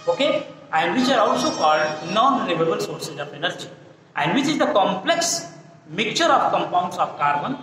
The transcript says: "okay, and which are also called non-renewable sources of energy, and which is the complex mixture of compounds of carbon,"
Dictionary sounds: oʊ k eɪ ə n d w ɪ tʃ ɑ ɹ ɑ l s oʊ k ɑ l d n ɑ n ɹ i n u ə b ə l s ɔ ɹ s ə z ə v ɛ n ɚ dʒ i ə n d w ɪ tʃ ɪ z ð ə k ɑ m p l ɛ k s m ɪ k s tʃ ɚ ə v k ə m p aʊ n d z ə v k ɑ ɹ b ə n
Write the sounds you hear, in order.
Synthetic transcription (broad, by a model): oʊ k eɪ ə n d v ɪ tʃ ɑ ɹ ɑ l s oʊ k ɑ l d n ɑ n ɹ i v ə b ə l s ɔ ɹ s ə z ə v ɛ n ɚ dʒ i ə n d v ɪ tʃ ɪ z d ə k ɑ m p l ɛ k s m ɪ k tʃ ɚ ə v k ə m p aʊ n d s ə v k ɑ ɹ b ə n